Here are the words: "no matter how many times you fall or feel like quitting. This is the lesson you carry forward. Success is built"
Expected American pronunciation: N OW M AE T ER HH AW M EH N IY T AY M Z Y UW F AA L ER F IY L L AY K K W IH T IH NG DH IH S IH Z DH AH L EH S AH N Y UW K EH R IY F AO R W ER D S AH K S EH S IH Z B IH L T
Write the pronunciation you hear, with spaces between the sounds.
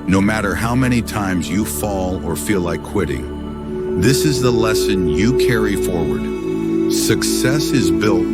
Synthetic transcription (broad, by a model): N OW M AE T ER HH AW M EH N IY T AY M Z Y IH F AA L ER F IY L L AY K K W IH T IH NG DH IH S IH Z DH AH L EH S AH N Y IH K EH R IY F AO R W ER D S AH K S EH S IH Z B IH L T